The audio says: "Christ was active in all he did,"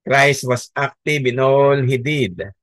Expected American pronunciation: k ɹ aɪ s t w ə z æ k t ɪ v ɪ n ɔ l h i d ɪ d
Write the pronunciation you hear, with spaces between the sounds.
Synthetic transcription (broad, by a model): k ɹ aɪ s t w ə s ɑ k t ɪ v ɪ n ɔ l h i d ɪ d